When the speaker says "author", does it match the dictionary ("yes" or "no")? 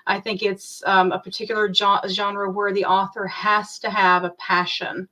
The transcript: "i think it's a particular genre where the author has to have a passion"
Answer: yes